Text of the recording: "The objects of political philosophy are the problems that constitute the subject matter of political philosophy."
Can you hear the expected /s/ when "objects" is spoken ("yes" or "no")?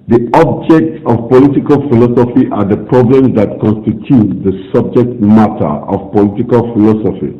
yes